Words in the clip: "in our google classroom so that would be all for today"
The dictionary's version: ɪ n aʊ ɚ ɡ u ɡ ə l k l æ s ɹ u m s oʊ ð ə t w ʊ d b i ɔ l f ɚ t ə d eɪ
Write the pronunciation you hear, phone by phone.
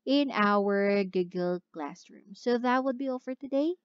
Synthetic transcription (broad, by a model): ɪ n aʊ ɚ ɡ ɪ ɡ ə l k l æ s ɹ u m s oʊ ð ə t w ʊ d b i ɔ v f ɚ t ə d eɪ